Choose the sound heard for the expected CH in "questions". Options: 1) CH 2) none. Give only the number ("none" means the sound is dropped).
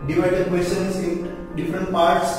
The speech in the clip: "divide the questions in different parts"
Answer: 2